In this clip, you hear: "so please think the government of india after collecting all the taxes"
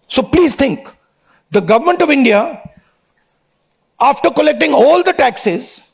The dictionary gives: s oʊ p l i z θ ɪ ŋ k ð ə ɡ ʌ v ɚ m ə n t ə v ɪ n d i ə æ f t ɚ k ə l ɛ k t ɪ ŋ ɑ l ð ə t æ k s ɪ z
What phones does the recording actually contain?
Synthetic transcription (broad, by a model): s oʊ p l i z t ɪ ŋ k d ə ɡ ʌ v ɚ m ə n t ə v ɪ n d i ə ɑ f t ɚ k ə l ɛ k t ɪ ŋ ɑ l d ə t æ k s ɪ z